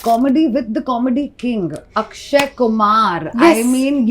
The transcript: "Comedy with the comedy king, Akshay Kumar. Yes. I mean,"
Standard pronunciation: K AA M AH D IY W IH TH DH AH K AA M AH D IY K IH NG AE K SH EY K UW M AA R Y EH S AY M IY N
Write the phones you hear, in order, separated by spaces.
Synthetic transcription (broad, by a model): K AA M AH D IY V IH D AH K AA M AH D IY K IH NG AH K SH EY K UW M AA R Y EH AY M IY N